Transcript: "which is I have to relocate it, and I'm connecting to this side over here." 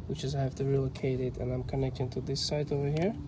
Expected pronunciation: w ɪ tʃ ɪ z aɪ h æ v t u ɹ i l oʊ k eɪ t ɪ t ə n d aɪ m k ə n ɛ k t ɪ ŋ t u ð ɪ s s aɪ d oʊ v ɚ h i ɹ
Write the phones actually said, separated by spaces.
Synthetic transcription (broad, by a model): w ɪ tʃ ɪ z aɪ h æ f t u ɹ i l oʊ k eɪ t ɪ t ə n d aɪ m k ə n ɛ k t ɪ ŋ t u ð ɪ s s aɪ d oʊ v ɚ h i ɹ